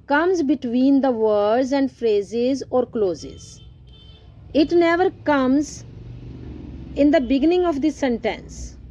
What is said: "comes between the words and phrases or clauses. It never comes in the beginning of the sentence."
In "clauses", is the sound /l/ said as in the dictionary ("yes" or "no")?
yes